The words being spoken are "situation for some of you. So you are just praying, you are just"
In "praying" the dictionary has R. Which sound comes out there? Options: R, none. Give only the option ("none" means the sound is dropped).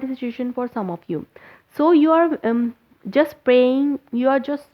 R